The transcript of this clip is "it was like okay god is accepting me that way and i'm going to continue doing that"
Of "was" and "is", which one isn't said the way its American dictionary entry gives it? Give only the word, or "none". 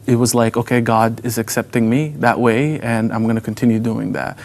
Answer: none